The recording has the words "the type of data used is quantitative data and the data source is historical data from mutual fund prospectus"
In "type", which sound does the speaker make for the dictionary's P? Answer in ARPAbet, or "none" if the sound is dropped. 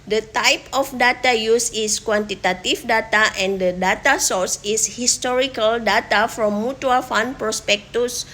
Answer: P